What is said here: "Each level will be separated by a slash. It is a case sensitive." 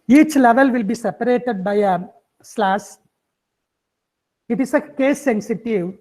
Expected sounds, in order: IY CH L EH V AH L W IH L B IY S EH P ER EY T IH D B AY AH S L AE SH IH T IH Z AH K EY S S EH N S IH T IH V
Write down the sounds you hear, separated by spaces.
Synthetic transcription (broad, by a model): IY CH L EH V AH L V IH L B IY S EH P ER EY T IH D B AY AH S L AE S IH T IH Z AH K EY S S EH N S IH T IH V